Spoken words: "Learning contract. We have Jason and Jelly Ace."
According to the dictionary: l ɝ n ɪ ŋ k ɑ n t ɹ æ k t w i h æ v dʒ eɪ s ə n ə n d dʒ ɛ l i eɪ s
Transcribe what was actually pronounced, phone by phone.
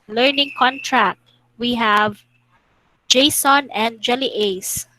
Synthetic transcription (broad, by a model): l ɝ n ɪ ŋ k ɑ n t ɹ æ k t w i h æ v dʒ eɪ s ə n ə n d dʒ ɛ l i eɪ s